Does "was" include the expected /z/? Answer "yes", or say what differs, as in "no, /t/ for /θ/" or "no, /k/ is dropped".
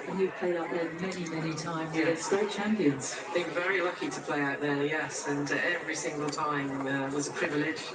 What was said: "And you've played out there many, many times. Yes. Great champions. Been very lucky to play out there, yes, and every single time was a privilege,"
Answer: yes